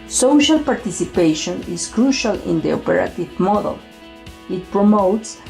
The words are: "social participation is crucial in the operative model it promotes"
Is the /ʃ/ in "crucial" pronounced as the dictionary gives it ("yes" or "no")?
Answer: yes